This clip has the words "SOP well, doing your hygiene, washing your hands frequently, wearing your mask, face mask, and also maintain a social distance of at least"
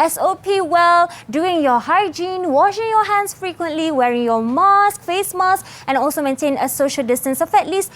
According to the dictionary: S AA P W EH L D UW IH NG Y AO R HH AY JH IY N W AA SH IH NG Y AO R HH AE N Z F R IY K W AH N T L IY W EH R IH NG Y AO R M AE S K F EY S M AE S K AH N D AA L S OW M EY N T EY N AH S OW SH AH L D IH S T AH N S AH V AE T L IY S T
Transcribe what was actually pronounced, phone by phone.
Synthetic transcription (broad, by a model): S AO P W EH L D UW IH NG Y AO HH AY JH IY N W AA SH IH NG Y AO HH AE N S F R IY K W AH N T L IY W EH R IH NG Y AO M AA S K F EY S M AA S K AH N AA L S OW M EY N T EY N AH S OW SH AH L D IH S T AH N S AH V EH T L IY S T